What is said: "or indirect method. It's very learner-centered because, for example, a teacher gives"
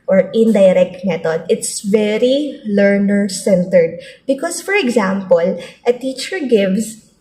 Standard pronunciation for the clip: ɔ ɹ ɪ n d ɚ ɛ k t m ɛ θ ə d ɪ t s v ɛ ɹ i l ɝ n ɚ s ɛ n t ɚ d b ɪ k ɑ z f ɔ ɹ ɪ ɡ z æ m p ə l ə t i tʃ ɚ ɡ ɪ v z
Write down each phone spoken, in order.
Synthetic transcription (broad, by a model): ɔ ɹ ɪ n d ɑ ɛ k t m ɛ t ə d ɪ t s v ɛ ɹ i l ɝ n ɚ s ɛ n t ɚ d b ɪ k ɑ s f ɔ ɹ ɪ ɡ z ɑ m p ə l ə t i tʃ ɚ ɡ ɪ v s